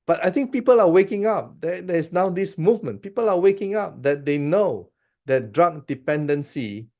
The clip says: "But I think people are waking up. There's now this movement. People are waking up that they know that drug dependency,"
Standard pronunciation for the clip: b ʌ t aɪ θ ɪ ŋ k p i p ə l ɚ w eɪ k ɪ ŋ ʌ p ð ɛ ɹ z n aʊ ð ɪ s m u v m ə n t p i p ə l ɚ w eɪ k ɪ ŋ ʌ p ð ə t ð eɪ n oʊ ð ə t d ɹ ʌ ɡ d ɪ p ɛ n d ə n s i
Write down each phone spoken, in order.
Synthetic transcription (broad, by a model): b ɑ t aɪ t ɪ ŋ k p i p ə l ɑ w eɪ k ɪ ŋ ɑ p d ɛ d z n aʊ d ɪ s m u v m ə n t p i p ə l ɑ w eɪ k ɪ ŋ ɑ p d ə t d eɪ n oʊ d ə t d ɹ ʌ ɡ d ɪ p ɛ n d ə n s i